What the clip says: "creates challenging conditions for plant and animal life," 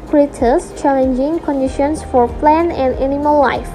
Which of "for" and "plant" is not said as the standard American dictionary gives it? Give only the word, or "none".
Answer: plant